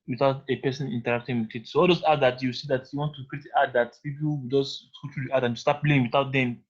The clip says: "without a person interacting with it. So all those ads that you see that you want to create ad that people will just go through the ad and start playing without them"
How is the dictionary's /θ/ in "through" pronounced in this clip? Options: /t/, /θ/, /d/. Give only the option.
/t/